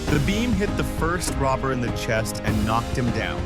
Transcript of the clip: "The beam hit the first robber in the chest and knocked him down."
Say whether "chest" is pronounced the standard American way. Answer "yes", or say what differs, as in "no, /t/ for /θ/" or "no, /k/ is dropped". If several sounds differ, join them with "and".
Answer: yes